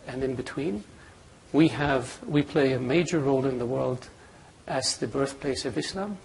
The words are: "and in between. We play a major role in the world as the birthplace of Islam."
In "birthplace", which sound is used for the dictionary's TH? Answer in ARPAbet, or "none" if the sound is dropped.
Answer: TH